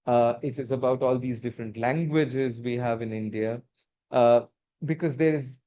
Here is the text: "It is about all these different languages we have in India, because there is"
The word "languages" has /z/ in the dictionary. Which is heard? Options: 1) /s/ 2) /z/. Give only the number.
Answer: 2